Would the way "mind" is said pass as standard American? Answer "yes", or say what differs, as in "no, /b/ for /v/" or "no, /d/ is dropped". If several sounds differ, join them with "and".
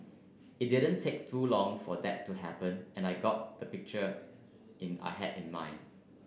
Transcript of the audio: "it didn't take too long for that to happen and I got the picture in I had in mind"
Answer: no, /d/ is dropped